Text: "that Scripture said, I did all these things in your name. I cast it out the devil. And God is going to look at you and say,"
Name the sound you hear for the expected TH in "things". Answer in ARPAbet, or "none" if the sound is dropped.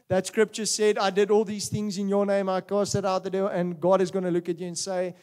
TH